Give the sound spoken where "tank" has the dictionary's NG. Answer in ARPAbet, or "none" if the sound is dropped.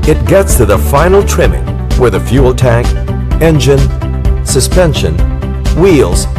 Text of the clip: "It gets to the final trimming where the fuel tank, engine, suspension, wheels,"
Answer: NG